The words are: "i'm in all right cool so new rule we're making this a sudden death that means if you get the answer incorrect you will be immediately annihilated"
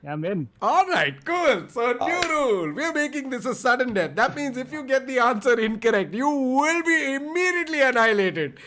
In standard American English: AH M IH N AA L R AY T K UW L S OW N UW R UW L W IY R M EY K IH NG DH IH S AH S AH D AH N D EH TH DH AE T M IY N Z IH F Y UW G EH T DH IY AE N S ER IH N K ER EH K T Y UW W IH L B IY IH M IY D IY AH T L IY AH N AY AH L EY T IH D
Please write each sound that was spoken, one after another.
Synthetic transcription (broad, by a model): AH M IH N AA L R AY T K UW L S OW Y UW R UW L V IY R M EY K IH NG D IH S AH S AH D AH N D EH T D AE T M IY N Z IH F Y UW G EH T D IY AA N S ER IH N K ER EH K T Y UW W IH L B IY IH M IY D IY AH T L IY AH N AY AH L EY T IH D